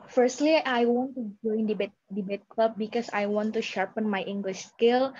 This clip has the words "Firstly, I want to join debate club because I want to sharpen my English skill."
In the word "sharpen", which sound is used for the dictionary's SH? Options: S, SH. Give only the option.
SH